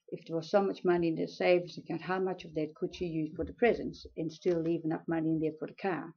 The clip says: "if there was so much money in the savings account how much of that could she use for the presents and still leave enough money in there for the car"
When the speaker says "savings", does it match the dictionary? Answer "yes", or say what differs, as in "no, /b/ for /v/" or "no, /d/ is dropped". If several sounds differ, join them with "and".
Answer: no, /v/ is dropped